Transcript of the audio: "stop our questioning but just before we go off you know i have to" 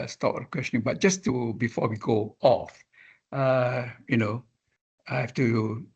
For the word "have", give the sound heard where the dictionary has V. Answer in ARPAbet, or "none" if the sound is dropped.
F